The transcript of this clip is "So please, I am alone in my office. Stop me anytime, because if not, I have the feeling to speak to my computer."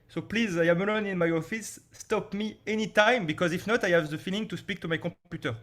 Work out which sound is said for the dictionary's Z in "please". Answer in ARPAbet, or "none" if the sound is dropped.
Z